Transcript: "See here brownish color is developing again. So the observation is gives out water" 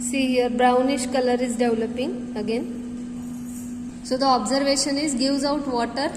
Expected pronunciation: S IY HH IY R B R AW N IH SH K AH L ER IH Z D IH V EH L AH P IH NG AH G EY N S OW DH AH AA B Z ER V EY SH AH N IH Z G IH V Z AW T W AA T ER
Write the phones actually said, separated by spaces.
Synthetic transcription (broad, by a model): S IY HH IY R B R AW N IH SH K AH L ER IH Z D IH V L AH P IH NG AH G EY N S OW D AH AA B Z ER V EY SH AH N IH Z G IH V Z AW T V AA T ER